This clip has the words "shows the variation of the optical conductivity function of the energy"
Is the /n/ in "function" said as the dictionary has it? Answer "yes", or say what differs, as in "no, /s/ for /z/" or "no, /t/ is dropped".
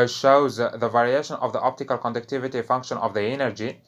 yes